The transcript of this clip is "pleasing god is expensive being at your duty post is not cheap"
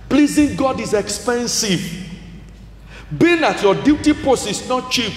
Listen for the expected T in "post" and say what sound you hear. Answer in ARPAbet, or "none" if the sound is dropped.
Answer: none